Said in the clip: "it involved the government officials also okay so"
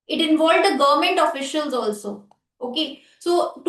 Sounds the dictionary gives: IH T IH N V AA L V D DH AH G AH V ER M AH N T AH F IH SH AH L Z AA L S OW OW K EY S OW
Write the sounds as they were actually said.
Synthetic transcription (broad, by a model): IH T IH N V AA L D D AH G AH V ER M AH N T AH F IH SH AH L Z AA L S OW OW K EY S OW